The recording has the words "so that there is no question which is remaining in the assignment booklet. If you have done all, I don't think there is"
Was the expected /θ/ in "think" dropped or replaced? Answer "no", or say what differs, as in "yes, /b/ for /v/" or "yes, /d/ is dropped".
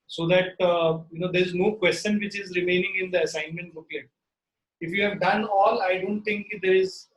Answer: yes, /t/ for /θ/